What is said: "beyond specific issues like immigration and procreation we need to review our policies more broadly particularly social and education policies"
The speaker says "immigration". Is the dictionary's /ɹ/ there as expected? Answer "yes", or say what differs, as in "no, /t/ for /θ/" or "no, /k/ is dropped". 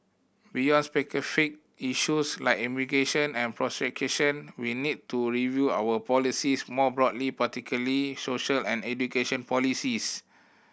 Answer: no, /ɹ/ is dropped